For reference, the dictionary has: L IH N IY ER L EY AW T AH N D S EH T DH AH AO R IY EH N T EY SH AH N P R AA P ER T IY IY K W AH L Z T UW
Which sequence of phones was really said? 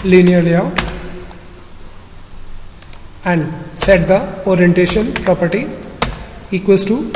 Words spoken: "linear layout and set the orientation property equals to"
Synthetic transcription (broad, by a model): L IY N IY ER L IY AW AH N D S EH T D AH AO R IY EH N T EY SH AH N P R AA P ER T IY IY K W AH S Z T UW